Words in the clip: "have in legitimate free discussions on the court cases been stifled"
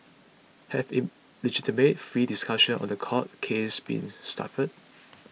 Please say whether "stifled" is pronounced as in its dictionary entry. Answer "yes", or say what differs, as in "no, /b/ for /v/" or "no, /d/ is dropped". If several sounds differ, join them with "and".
no, /l/ is dropped